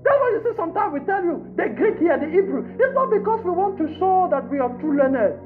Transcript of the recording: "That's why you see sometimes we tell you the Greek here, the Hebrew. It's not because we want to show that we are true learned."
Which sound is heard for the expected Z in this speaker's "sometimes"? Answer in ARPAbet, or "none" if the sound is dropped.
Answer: none